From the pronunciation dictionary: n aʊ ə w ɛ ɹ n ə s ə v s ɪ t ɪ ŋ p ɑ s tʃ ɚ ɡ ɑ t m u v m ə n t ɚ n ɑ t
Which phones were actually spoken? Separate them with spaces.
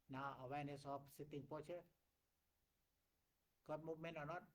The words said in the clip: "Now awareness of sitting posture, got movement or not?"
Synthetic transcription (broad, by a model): n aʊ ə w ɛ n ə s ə f s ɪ t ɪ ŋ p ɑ tʃ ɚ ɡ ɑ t m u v m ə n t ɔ n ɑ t